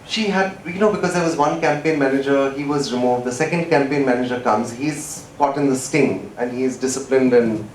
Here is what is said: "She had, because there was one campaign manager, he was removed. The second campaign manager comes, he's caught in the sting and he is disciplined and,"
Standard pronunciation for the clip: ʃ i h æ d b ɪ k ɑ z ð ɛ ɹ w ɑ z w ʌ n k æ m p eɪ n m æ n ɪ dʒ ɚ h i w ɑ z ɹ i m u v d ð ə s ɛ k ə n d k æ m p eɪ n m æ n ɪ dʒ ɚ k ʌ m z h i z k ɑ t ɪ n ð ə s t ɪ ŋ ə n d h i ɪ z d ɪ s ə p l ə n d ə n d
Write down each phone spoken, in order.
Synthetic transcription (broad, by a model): ʃ i h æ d b ɪ k ɑ z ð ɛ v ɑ z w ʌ n k æ m p eɪ n m æ n ɪ dʒ ɚ h i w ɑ z ɹ i m u v d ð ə s ɛ k ə n d k æ m p eɪ n m æ n ɪ dʒ ɚ k ʌ m z h i z k ɑ t ɪ n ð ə s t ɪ ŋ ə n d h i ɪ z d ɪ s ə p l ə n d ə n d